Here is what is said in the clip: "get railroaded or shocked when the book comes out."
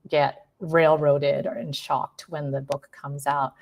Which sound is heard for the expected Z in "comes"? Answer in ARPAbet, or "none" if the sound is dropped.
Z